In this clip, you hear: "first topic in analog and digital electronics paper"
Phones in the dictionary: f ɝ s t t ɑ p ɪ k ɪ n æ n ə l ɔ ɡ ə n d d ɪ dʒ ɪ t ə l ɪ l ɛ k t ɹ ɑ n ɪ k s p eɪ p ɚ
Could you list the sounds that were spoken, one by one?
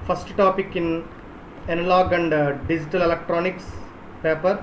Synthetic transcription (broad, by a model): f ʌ s t t ɑ p ɪ k ɪ n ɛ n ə l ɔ ɡ ə n d d ɪ dʒ ɪ t ə l ɪ l ɛ k t ɹ ɑ n ɪ k s p eɪ p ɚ